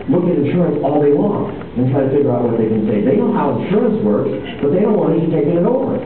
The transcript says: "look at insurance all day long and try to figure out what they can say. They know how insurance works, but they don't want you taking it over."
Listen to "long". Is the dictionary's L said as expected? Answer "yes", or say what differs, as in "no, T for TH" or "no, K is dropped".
no, W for L